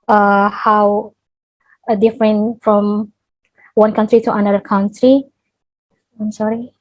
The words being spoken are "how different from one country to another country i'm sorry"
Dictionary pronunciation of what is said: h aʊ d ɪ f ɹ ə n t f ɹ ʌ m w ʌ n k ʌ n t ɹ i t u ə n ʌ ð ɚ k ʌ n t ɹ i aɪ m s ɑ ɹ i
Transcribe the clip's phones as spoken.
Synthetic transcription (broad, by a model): h aʊ d ɪ f ɹ ə n t f ɹ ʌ m w ʌ n k ʌ n t ɹ i t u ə n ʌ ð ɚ k ʌ n t ɹ i aɪ m s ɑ ɹ i